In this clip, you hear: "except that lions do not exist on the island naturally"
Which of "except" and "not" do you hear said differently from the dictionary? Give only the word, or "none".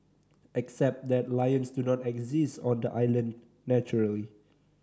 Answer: none